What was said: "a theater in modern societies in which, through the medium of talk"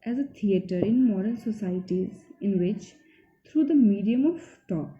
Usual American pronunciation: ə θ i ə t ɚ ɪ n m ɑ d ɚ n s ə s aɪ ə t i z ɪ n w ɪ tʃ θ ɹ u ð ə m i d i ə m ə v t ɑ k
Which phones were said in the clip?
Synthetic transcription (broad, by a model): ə t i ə t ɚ ɪ n m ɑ d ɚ l s ə s aɪ ə t i z ɪ n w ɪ tʃ t ɹ u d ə m i d i ə m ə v t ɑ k